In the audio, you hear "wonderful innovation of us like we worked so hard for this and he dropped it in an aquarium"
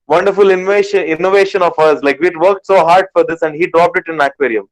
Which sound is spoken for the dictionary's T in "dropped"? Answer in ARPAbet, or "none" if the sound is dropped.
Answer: T